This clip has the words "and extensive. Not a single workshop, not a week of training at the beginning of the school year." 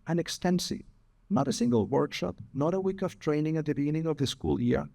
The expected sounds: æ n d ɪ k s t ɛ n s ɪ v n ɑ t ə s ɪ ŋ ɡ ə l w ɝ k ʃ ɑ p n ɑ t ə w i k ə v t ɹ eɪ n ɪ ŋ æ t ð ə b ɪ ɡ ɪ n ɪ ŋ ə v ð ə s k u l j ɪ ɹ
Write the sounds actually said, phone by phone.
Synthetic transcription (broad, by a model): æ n ɪ k s t ɛ n s ɪ v n ɑ t ə s ɪ ŋ ɡ ə l w ɝ k ʃ ɑ p n ɑ t ə w i k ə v t ɹ eɪ n ɪ ŋ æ t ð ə b ɪ ɡ ɪ n ɪ ŋ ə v ð ə s k u l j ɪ ɹ